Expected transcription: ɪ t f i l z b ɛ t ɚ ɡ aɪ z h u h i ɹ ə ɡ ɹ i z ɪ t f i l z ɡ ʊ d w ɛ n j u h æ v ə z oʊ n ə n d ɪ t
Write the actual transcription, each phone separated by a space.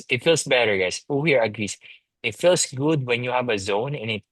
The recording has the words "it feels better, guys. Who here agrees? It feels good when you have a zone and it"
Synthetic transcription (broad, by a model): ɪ t f i l s b ɛ t ɚ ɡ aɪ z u h i ɹ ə ɡ ɹ i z ɪ t f i l s ɡ ʊ d w ɛ n j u h æ v ə z oʊ n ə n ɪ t